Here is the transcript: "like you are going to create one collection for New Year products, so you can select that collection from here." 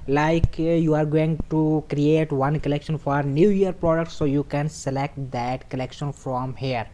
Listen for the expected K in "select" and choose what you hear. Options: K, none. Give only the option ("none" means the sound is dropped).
K